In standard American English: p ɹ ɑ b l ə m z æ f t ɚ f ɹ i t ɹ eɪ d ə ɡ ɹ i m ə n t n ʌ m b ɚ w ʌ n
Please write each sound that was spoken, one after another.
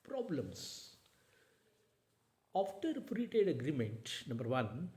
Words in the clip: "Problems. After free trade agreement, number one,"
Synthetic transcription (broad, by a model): p ɹ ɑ b l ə m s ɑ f t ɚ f ɹ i t eɪ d ə ɡ ɹ i m ə n t n ʌ m b ɚ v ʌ n